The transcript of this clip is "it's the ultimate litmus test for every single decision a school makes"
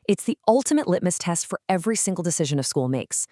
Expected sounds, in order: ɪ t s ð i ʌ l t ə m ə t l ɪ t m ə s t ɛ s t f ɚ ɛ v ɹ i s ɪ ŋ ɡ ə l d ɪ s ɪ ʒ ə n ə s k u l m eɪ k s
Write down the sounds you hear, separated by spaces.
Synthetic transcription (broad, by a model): ɪ t s ð i ʌ l t ə m ə t l ɪ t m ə s t ɛ s t f ɚ ɛ v ɹ i s ɪ ŋ ɡ l d ɪ s ɪ ʒ ə n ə s k u l m eɪ k s